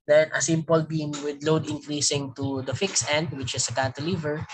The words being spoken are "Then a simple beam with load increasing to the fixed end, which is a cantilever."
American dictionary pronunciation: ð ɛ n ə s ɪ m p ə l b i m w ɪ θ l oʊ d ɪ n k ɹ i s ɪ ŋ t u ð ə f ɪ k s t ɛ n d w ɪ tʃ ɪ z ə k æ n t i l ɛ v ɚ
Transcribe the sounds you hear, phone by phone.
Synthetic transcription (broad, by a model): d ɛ n ə s ɪ m p ə l b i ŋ w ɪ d l oʊ d ɪ n k ɹ i s ɪ ŋ t u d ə f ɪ k s ɛ n d w ɪ tʃ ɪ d ə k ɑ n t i l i v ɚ